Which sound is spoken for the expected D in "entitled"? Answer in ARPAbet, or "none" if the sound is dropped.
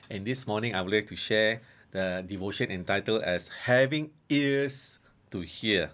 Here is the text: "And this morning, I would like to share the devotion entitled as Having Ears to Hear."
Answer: none